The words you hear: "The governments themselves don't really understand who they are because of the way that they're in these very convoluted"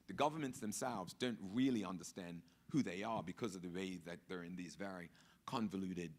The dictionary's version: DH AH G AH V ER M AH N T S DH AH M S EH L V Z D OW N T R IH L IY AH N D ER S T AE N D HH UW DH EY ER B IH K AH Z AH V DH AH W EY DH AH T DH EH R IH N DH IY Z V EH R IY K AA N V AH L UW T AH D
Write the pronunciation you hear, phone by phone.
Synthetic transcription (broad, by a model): DH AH G AH V ER M AH N T S DH AH M S EH L V Z D OW N T R IH L IY AH N D ER S T AE N D HH UW DH EY ER B IH K AH Z AH V DH AH W EY DH AH T DH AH R IH N DH IY Z V EH R IY K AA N V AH L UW T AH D